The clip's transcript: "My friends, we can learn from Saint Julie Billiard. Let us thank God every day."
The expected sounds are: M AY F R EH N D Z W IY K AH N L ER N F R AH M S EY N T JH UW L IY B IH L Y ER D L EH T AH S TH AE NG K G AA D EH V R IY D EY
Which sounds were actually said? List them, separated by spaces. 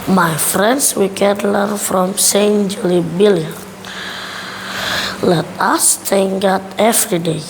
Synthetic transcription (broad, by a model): M AY F R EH N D S W IY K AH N L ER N F R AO M S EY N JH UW L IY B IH L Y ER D L EH T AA S T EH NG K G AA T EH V R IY D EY